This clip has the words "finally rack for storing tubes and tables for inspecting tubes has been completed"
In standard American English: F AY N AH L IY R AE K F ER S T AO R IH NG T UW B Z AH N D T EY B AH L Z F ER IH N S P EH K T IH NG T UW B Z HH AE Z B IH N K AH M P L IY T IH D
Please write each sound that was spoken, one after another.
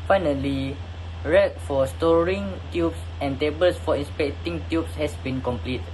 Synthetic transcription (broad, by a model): F AY N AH L IY R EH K F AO S T AO R IH NG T UW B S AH N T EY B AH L S F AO IH N S P EH K T IH NG T UW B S HH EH S B IH N K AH M P L IY T